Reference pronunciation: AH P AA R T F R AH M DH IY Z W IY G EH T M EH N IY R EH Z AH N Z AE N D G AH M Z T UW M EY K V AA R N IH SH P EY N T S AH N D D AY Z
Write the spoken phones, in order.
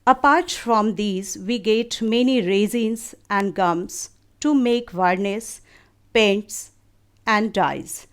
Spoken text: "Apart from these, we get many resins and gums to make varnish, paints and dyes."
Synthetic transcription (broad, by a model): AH P AA R T F R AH M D IY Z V IY G EH T M EH N IY R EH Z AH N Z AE N D G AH M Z T UW M EY K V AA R N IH S P EY N T S AH N D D AY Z